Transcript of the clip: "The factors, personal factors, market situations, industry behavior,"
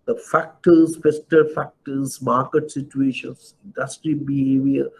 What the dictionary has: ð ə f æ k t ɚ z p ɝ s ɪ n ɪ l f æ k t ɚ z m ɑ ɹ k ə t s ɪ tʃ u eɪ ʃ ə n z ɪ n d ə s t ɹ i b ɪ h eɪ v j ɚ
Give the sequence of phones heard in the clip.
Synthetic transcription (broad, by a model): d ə f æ k t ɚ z f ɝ s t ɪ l f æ k t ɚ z m ɑ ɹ k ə t s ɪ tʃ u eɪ ʃ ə n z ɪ n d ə s t ɹ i b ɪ h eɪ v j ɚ